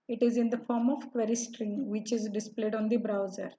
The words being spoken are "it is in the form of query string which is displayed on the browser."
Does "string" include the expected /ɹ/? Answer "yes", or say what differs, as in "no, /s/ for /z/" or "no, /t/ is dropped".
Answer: yes